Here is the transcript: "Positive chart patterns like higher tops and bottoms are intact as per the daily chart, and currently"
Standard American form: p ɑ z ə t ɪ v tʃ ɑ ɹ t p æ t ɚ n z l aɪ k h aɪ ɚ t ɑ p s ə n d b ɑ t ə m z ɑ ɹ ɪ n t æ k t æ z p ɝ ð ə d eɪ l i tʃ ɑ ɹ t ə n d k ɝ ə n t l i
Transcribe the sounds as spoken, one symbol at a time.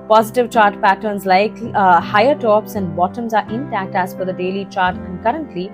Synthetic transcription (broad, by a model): p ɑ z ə t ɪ v tʃ ɑ ɹ t p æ t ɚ n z l aɪ k h aɪ ɚ t ɑ p s ə n d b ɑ t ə m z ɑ ɹ ɪ n t æ k t æ z f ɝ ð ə d eɪ l i tʃ ɑ ɹ t ə n d k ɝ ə n t l i